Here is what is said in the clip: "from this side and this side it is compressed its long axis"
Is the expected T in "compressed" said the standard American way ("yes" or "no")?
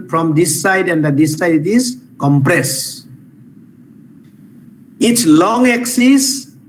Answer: no